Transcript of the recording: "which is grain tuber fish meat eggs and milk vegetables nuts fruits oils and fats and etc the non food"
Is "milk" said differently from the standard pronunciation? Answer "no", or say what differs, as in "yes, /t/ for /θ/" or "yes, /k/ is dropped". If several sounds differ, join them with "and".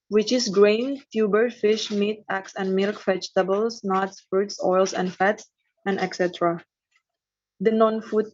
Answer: no